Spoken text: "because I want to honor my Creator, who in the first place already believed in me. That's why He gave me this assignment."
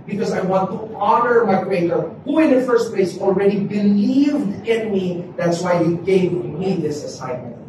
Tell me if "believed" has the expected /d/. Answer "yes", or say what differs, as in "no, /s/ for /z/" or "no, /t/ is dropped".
yes